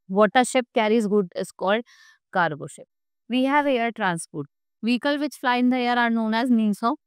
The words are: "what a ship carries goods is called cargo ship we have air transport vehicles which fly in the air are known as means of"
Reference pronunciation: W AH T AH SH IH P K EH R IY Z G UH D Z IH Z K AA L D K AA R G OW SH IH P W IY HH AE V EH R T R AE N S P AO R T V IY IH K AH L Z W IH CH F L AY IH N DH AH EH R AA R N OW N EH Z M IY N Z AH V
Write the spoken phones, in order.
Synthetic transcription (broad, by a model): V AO T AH SH IH P K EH R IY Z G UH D IH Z K AA L D K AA R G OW SH IH P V IY HH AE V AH R T R AE N S P AO R T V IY K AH L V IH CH F L AY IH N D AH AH R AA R N OW N EH Z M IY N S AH